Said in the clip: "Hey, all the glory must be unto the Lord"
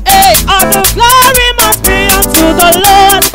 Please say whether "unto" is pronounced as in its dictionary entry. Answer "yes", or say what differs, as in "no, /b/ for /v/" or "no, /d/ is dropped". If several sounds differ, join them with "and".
yes